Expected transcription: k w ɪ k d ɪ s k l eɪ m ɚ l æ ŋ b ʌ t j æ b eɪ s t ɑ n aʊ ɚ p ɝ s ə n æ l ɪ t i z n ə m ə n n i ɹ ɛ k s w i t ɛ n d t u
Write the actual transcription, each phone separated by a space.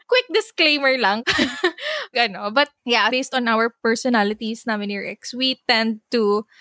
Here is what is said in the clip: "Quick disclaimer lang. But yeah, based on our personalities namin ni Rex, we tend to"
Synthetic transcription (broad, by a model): k w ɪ k d ɪ s k l eɪ m ɚ l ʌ ŋ b ʌ t j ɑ b eɪ s t ɑ n aʊ ɚ p ɝ s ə n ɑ l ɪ t i s n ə m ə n n i ɹ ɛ k s w i t ɛ n d t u